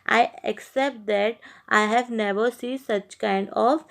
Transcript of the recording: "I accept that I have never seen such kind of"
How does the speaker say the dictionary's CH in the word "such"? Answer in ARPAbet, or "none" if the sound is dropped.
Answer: CH